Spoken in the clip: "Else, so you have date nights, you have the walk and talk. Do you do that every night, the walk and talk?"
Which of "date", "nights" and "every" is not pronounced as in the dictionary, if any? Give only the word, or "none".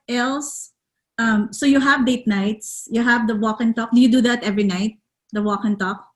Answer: none